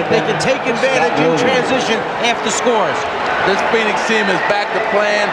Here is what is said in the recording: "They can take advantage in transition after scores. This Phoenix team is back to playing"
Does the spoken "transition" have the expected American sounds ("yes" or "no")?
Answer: yes